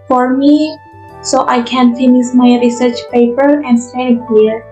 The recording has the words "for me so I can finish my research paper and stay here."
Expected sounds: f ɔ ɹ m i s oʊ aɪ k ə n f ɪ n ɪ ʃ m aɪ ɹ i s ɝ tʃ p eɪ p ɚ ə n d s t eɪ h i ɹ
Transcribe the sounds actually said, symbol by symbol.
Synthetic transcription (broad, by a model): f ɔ ɹ m i s oʊ aɪ k ə n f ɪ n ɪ s m aɪ ɹ i s ɝ tʃ p eɪ p ɚ ə n d s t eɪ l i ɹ